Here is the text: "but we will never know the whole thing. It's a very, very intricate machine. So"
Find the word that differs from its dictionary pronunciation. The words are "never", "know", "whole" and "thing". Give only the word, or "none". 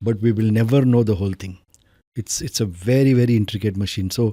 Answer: thing